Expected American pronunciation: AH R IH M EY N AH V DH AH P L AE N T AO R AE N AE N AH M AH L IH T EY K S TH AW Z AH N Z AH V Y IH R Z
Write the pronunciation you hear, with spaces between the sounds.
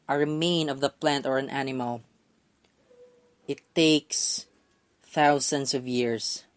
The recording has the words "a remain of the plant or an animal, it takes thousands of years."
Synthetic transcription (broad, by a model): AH R IH M EY N AH V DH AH P L AE N T AO R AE N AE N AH M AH L IH T EY K S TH AW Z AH N S AH V Y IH R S